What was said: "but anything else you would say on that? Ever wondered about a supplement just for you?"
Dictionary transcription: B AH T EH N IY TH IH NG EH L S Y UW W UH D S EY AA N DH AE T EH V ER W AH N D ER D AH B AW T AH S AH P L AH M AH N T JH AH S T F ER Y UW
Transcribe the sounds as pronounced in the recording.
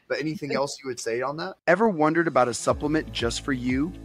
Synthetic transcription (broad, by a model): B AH T EH N IY TH IH NG EH L S Y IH W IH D S EY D N DH AE T EH V ER W AH N D ER D AH B AW T AH S AH P L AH M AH N JH AH S T F ER Y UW